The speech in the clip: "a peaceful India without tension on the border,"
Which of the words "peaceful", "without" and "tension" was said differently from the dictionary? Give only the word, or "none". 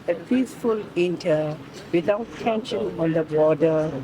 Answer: without